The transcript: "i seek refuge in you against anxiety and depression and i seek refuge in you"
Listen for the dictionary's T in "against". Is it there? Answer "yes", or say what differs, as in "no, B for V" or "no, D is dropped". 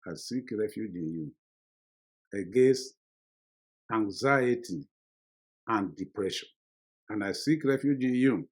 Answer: yes